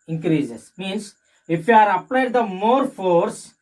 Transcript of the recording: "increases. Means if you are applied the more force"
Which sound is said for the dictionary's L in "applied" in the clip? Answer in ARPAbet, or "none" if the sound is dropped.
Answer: L